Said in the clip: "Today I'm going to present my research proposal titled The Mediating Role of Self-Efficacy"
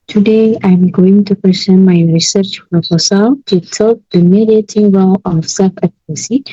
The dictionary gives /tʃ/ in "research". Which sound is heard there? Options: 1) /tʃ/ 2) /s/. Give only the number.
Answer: 1